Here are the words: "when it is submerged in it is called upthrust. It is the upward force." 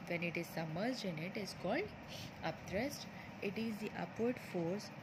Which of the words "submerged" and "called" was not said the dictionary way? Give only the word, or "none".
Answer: submerged